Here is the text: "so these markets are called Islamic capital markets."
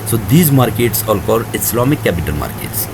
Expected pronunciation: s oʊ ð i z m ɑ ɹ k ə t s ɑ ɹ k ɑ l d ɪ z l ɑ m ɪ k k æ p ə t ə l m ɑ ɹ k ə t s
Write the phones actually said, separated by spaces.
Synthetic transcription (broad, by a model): s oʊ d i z m ɑ ɹ k ə t s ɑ l k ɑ d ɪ s l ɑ m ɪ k k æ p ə t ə l m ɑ ɹ k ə t s